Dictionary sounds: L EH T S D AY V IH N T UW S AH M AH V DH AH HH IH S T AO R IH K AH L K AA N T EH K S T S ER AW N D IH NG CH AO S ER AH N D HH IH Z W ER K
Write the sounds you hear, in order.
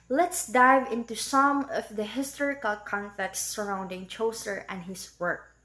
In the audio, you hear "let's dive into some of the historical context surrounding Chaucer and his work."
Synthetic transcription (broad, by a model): L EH T S D AY V IH N T UW S AH M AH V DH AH HH IH S T AO R IH K AH L K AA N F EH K T S ER AW N D IH NG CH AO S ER AH N D HH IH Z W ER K